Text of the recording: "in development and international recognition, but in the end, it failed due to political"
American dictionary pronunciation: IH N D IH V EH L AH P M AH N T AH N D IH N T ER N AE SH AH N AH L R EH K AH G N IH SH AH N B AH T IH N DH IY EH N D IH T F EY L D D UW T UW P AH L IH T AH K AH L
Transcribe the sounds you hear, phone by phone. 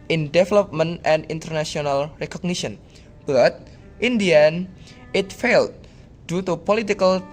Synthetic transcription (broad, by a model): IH N D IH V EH L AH P M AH N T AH N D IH N T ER N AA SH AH N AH L R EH K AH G N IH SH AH N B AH T IH N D IY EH N IH T F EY L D D UW T UW P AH L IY T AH K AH L